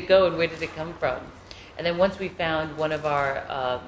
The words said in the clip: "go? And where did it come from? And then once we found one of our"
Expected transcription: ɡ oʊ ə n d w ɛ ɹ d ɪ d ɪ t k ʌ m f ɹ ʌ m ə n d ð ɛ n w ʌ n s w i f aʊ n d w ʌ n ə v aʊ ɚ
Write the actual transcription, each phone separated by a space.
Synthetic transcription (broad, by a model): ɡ oʊ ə n w ɛ ɹ d ɪ d ɪ t k ʌ m f ɹ ʌ m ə n ð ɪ n w ʌ n s w i f aʊ n d w ʌ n ə v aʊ ɚ